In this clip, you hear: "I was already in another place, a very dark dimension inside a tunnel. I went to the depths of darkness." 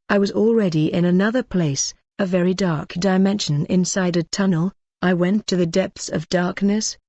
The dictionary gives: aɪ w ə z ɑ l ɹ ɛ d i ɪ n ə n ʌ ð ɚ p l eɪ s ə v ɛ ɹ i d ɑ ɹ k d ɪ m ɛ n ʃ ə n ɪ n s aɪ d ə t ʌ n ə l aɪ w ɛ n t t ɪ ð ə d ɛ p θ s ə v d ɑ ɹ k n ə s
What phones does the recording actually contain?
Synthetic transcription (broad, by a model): aɪ w ə z l ɹ ɛ d i ɪ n ə n ʌ ð ɚ p l eɪ s ə v ɛ ɹ i d ɑ ɹ k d ɪ m ɛ n ʃ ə n ɪ n s aɪ d ə t ʌ n l aɪ w ɛ n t t ɪ ð ə d ɛ p θ s ə v d ɑ ɹ k n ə s